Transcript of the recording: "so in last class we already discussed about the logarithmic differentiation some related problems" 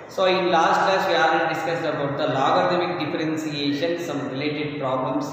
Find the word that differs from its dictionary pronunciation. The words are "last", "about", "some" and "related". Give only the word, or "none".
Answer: none